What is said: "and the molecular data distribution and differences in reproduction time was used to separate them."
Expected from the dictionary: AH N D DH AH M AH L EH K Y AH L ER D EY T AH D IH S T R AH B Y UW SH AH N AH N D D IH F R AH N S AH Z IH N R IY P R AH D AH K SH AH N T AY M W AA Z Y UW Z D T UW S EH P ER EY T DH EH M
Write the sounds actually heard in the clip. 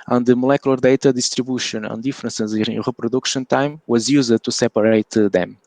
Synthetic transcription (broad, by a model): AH N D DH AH M AH L EH K Y AH L ER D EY T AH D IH S T R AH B Y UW SH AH N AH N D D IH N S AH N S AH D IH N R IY P R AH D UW K SH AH N T AY M W AA Z Y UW Z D T UW S EH P ER EY T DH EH M